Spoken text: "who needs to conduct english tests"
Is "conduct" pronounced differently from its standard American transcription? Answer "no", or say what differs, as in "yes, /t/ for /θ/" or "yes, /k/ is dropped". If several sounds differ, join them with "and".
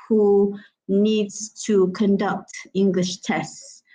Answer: no